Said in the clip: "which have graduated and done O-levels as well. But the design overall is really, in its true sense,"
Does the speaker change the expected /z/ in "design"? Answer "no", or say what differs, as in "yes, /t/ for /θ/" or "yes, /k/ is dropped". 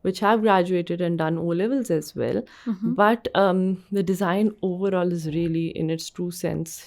no